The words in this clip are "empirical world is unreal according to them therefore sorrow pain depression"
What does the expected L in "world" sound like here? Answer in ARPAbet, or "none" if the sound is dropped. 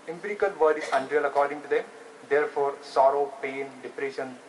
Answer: none